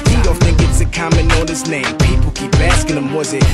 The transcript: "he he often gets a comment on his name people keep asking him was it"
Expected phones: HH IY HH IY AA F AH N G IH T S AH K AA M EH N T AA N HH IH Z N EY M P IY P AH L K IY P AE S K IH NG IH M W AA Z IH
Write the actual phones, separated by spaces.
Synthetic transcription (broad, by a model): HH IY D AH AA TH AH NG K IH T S AH K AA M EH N AA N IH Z N EY M P IY P AH L K IY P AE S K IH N IH M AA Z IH